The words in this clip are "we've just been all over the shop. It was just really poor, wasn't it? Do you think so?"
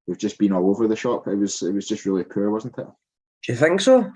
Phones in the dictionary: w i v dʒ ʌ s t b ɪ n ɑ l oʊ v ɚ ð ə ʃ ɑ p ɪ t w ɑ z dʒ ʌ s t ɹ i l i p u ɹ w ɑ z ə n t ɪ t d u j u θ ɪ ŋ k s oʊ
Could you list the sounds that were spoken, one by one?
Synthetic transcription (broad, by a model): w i v dʒ ʌ s b ɪ n ɑ l oʊ v ɚ ð ə ʃ ɑ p ɪ t w ɑ z dʒ ʌ s t ɹ i l i p u ɹ w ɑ z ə n t ɪ t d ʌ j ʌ θ ɪ ŋ k s oʊ